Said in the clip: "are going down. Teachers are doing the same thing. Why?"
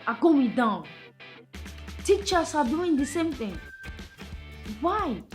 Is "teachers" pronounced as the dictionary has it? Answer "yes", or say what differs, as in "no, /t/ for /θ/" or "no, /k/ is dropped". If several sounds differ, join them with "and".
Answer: no, /s/ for /z/